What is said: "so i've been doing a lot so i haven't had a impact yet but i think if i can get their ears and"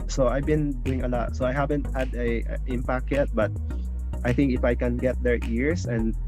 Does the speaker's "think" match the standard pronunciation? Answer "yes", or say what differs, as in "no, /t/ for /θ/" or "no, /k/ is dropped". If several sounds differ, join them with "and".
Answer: yes